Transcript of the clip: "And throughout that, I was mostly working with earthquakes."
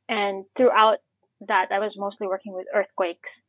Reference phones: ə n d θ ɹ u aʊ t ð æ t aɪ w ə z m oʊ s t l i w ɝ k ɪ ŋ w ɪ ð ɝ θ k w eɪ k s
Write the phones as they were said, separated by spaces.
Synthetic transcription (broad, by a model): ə n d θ ɹ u aʊ t ð æ t aɪ w ə z m oʊ s t l i w ɝ k ɪ ŋ w ɪ ð ɝ θ k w eɪ k s